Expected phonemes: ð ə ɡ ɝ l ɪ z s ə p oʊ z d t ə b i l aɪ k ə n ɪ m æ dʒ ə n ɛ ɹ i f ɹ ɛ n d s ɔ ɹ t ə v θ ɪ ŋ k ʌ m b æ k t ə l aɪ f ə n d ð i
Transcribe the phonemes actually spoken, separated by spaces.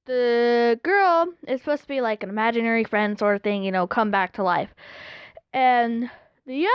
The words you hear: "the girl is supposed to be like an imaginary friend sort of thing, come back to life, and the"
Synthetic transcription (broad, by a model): ð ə ɡ ɝ l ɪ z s p oʊ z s t ə b i l aɪ k ə n ɪ m æ dʒ ə n ɛ ɹ i f ɹ ɛ n d s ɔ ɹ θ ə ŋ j ɪ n k ʌ m b æ k t ə l aɪ f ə n ð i